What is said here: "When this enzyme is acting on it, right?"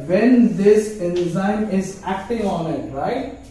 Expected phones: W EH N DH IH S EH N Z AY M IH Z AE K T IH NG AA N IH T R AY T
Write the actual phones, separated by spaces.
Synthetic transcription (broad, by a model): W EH N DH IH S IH Z AY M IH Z AE K T IH NG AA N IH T R AY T